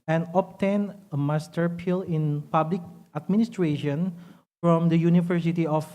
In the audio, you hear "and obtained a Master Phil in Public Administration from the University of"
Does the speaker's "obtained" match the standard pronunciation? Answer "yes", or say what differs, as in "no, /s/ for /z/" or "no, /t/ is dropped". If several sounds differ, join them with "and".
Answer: no, /d/ is dropped